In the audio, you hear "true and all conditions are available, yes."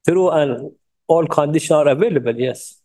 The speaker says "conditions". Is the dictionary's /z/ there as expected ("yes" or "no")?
no